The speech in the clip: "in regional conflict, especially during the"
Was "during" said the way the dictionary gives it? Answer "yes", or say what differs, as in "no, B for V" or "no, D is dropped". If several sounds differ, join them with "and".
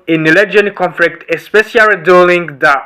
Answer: no, L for R